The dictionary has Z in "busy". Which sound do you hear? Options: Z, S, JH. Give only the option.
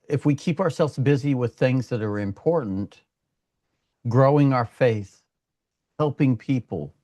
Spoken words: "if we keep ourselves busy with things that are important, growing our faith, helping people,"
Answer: Z